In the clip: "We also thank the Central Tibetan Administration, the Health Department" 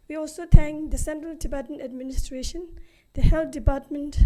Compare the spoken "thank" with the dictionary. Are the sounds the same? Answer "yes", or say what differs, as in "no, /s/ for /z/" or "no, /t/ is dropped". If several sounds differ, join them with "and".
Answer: no, /t/ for /θ/